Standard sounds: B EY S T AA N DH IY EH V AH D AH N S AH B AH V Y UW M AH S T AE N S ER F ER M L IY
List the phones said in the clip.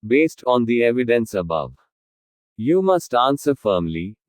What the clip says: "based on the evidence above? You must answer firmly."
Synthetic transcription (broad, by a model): B EY S T AA N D IY EH V AH D AH N S AH B AH V Y UW M AH S T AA N S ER F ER M L IY